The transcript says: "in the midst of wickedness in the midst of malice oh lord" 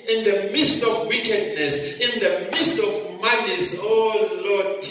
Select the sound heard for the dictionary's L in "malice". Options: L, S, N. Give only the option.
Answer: N